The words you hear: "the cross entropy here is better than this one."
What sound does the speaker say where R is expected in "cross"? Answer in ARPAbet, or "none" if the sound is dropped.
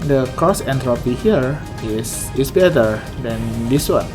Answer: none